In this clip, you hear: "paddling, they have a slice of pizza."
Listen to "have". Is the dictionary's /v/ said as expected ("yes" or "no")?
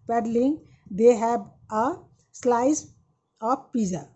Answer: no